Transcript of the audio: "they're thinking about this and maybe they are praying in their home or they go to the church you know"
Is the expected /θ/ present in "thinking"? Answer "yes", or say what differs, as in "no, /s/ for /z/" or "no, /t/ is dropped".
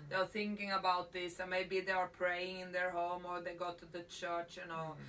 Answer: yes